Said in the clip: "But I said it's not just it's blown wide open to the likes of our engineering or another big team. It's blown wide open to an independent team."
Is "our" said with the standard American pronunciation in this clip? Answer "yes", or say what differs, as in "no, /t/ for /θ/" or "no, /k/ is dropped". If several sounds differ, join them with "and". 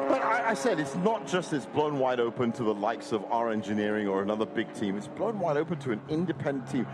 yes